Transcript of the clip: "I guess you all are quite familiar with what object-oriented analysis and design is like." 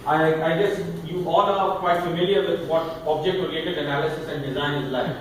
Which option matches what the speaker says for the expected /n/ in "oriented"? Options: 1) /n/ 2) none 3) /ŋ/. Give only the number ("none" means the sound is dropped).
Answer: 2